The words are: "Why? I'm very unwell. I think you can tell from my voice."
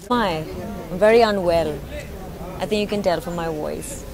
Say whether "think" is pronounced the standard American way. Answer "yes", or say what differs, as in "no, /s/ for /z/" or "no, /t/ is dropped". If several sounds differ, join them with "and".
yes